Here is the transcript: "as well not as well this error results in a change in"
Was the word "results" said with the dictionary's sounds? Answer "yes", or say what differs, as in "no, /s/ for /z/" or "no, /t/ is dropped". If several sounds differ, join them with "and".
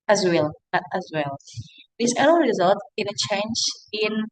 no, /s/ is dropped